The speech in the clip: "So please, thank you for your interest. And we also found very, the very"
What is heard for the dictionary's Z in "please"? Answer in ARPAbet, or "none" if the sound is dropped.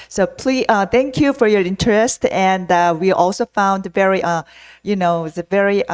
none